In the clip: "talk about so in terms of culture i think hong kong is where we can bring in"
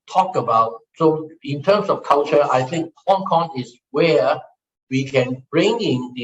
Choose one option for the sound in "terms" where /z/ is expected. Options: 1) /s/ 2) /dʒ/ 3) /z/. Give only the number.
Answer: 1